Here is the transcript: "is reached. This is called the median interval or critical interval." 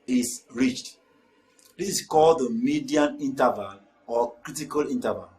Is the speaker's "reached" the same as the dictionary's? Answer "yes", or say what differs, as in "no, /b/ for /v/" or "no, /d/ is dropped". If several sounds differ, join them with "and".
yes